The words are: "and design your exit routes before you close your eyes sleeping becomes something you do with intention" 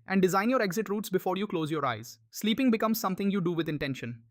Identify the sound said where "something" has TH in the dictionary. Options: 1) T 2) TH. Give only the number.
1